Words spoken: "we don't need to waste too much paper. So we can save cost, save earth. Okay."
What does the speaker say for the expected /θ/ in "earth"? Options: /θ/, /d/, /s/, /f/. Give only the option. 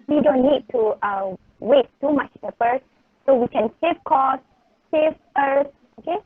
/s/